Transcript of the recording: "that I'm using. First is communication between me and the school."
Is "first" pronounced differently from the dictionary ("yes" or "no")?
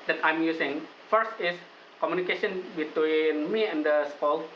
no